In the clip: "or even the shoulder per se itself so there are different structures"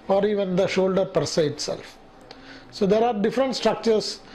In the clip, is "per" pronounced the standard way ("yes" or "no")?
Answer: yes